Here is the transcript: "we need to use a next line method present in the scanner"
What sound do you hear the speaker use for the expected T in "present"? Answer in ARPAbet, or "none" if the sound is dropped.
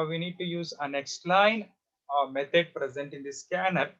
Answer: T